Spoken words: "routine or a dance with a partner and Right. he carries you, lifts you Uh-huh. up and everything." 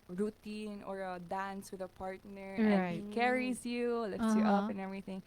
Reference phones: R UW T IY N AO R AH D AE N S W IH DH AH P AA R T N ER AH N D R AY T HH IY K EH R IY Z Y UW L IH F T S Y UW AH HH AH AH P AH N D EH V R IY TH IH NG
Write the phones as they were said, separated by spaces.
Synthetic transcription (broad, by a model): R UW T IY N AO R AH D AE N S W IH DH AH P AA R T N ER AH R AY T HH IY K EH R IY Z Y UW L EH T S Y UW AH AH AH P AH N EH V R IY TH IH NG